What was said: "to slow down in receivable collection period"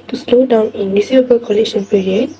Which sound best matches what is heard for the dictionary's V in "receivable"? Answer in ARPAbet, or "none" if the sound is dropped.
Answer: none